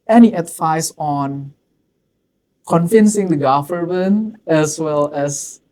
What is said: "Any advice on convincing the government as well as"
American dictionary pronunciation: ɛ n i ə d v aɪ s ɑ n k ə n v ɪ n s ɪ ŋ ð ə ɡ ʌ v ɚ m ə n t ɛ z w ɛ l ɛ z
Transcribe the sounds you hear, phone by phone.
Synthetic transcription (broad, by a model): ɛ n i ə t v aɪ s ɑ n k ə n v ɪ n s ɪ ŋ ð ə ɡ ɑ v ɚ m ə n ɛ s w ɛ l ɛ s